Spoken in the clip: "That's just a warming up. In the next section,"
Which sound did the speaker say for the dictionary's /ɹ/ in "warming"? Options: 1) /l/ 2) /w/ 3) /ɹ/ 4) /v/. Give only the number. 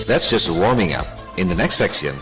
3